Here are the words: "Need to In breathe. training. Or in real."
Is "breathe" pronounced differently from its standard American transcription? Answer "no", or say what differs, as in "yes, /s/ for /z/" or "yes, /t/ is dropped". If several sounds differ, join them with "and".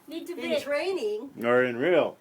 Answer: yes, /ɹ/ is dropped